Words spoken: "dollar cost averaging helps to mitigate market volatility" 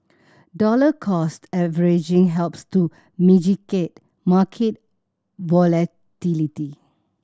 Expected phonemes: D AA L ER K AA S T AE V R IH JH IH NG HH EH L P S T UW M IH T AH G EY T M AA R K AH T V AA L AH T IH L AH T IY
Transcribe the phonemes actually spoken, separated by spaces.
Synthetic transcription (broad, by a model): D AA L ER K AA S T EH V R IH JH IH NG HH EH L P S T UW M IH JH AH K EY T M AA K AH T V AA L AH T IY L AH T IY